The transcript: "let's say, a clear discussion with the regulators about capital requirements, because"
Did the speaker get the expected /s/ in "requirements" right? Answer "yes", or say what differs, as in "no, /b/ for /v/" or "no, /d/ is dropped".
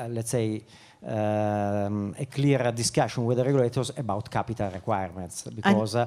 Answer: yes